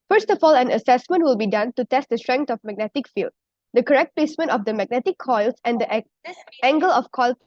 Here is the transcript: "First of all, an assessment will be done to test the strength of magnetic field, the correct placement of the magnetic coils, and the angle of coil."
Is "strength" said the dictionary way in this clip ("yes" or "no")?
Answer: no